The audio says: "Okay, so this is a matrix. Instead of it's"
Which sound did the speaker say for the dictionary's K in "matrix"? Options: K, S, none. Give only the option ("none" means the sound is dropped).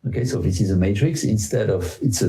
K